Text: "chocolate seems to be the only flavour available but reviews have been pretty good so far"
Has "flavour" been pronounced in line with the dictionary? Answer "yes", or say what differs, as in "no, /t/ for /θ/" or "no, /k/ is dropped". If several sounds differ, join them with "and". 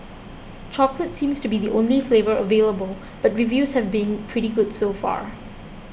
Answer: yes